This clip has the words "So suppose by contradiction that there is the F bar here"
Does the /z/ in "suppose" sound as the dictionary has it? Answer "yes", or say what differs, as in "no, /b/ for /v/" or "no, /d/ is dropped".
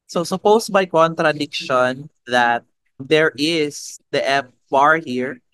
no, /s/ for /z/